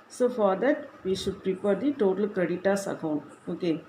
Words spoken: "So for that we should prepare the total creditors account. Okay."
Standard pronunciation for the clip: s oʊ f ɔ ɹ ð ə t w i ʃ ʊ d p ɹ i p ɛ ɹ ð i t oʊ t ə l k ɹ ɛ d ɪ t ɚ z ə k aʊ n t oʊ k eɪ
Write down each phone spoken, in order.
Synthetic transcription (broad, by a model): s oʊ f ɔ ɹ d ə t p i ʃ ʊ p ɹ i p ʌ ɹ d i t oʊ t ə l k ʌ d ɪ t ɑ s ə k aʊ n oʊ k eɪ